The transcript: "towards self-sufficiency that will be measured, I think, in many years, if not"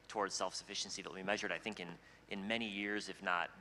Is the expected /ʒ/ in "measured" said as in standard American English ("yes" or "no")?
yes